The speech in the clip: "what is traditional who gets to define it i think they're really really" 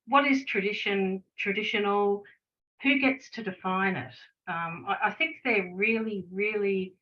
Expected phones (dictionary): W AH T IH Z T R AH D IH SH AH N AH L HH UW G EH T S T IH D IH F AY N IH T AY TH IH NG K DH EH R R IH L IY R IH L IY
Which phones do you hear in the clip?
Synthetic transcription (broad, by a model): W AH T IH Z T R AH D IH SH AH N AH L HH UW G EH T S T IH D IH F AY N IH T AY TH IH NG K DH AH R R IH L IY R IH L IY